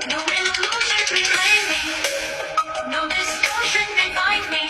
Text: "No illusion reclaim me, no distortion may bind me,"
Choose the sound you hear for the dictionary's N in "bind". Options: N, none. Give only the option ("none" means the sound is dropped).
none